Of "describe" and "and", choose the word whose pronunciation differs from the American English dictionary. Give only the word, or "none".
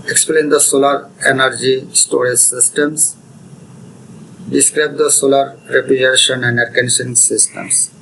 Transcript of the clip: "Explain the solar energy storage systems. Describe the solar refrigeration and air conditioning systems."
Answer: none